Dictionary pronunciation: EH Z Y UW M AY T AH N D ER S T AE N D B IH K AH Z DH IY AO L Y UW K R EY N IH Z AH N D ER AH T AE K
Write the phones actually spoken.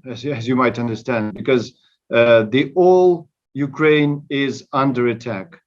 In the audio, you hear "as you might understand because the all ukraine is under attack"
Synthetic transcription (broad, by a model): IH Z Y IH M AY T AH N D ER S T AE N D B IH K AH Z DH IY AO L Y UW K R EY N IH Z AH N D ER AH T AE K